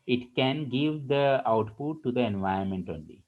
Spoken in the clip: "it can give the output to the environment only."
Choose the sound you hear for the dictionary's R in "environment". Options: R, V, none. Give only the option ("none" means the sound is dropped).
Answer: none